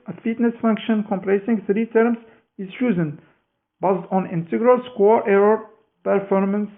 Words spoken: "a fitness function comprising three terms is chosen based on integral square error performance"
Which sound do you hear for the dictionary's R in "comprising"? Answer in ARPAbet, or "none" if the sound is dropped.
L